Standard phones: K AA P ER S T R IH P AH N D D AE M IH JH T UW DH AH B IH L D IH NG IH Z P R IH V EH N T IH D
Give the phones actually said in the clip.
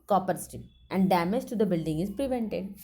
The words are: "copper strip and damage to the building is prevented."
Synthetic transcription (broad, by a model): K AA P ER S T IH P AH N D D AE M IH JH T UW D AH B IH L D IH NG IH Z P R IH V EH N T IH D